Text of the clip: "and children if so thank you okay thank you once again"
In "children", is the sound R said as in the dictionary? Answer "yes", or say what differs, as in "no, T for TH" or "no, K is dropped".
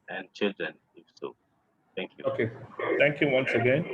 yes